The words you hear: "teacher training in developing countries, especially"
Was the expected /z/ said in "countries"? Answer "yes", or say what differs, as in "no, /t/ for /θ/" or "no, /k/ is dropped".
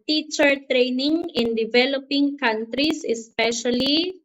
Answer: no, /s/ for /z/